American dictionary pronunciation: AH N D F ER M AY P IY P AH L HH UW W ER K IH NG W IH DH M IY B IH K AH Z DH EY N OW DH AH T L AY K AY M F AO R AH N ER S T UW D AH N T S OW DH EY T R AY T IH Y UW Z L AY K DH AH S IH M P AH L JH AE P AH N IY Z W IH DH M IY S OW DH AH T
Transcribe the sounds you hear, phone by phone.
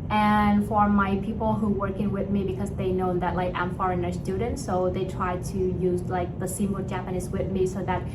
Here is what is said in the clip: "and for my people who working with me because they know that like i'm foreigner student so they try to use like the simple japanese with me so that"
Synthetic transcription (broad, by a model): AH N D F ER M AY P IY P L HH UW W ER K IH NG W IH DH M IY B IH K AH Z DH EY N OW DH AH T L AY K AY M F AO R AH N ER S T UW D N T S OW DH EY T R AY T IH Y UW Z L AY K DH AH S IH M AH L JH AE P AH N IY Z W IH DH M IY S OW DH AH T